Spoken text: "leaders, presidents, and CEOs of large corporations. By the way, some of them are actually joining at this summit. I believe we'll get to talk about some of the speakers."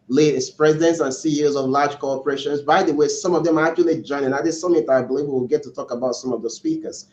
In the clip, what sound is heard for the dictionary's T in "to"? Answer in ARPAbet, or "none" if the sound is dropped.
T